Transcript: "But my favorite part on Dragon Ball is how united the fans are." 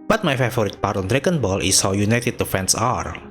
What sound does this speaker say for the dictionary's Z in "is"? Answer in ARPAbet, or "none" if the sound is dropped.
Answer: S